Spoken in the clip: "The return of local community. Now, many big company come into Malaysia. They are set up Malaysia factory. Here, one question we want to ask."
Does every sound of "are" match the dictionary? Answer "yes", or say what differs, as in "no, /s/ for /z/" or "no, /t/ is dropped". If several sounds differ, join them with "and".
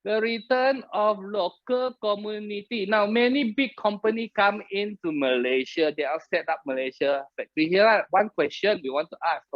no, /l/ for /ɹ/